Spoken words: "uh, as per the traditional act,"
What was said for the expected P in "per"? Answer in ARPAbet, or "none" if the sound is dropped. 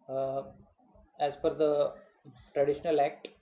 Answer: F